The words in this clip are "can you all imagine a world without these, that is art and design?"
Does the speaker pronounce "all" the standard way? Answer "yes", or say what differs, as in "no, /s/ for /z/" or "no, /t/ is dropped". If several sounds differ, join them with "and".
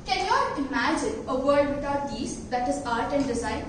no, /n/ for /l/